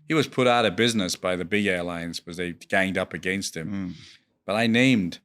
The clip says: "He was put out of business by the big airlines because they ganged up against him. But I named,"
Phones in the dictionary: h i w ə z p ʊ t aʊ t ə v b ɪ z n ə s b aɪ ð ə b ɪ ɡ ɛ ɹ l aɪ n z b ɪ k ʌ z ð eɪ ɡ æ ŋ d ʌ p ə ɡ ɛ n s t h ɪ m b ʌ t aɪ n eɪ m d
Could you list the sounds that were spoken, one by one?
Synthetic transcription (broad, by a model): h i w ə z p ʊ t aʊ t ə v b ɪ z n ə s b aɪ ð ə b ɪ ɡ ɛ ɹ l aɪ n z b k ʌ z ð eɪ ɡ æ ŋ d ʌ p ə ɡ ɛ n s t h ɪ m b ʌ t aɪ n eɪ m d